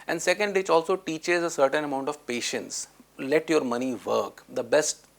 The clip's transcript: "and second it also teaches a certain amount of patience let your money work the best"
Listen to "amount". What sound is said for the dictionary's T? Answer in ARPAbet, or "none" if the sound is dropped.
T